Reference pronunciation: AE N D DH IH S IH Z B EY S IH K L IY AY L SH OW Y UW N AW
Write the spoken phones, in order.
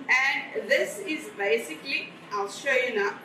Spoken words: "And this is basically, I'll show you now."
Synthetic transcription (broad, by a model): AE N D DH IH S IH Z B EY S IH K L IY AY L SH OW Y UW N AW